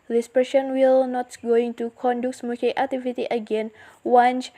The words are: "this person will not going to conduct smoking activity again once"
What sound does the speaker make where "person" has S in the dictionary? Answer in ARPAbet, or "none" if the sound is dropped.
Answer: SH